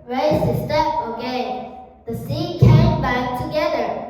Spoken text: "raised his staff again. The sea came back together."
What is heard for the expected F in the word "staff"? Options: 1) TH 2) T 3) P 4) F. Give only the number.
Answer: 3